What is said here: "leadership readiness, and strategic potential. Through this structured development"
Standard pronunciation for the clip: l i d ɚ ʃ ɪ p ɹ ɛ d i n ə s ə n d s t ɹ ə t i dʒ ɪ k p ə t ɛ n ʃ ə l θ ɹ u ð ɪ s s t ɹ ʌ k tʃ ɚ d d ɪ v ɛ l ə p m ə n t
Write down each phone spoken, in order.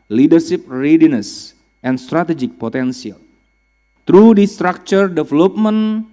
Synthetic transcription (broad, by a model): l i d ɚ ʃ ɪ p ɹ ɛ d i n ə s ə n s t ɹ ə t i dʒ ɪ k p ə t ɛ n s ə l t ɹ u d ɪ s s t ɹ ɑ k tʃ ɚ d d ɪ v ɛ l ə p m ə n